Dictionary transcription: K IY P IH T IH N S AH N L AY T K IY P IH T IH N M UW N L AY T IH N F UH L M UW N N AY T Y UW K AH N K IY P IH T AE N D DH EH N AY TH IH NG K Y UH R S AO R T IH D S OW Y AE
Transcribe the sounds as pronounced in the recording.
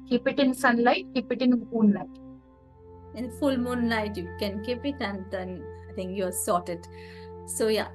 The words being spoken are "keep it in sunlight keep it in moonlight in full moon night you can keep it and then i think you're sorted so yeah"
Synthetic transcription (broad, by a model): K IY P IH T IH N S AH N L AY T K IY P IH T IH N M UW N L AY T IH N F UH L M UW N L AY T Y UW K AH N K IY P IH T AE N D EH N AY T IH NG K Y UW S AO T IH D S OW Y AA